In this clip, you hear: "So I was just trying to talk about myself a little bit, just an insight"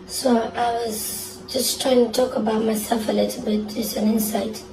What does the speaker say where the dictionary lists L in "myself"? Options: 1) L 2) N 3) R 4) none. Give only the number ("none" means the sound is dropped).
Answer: 4